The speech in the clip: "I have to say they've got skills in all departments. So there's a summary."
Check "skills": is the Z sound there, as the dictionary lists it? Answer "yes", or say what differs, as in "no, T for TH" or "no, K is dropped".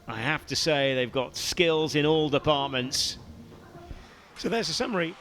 yes